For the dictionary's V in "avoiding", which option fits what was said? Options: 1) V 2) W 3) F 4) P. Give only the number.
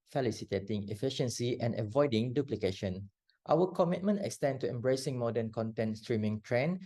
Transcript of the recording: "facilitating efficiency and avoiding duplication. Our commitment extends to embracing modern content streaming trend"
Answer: 1